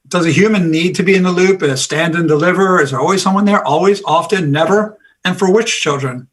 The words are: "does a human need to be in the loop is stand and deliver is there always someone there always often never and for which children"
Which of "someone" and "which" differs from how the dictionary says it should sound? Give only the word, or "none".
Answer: none